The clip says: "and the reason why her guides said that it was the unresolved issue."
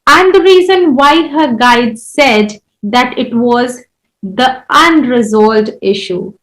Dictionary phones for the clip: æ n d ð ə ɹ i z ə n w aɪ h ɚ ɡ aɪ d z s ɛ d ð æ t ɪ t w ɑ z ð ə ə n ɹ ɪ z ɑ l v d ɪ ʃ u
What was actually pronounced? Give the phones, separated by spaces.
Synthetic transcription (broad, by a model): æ n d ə ɹ i z ə n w aɪ h ɚ ɡ aɪ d s ɛ d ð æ t ɪ t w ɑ z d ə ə n ɹ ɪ z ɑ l d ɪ ʃ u